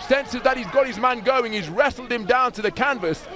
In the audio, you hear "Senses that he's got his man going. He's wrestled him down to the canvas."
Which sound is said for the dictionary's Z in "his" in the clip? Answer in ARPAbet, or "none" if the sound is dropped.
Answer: Z